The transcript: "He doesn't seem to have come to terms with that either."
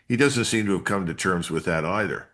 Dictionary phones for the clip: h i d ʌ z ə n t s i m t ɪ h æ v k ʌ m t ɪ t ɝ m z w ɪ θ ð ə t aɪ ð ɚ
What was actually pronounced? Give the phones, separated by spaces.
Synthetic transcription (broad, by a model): h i d ʌ z ə n t s i m t ɪ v k ʌ m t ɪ t ɝ m z w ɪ ð ə t aɪ ð ɚ